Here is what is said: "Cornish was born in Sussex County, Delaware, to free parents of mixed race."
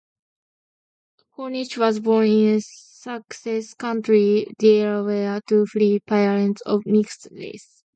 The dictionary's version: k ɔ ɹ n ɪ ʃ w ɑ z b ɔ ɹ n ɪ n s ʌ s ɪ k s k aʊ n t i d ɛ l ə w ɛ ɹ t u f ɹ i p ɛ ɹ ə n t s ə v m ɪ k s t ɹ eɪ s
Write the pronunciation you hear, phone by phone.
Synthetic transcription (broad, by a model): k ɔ n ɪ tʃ w ɑ z b ɔ ɹ n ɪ n s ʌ s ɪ s k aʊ n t i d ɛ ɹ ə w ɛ t u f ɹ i p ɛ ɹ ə n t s ə v m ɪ k s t l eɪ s